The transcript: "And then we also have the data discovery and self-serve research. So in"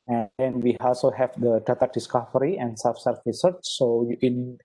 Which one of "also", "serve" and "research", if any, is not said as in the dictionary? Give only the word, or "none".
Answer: serve